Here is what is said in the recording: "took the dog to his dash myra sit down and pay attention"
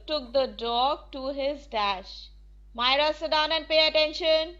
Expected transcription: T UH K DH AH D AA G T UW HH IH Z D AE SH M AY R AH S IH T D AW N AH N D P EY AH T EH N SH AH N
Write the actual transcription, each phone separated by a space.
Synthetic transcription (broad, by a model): T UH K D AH D AA G T UW HH IH Z D AE SH M AY R AH S IH T D AW N AH N D P EY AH T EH N SH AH N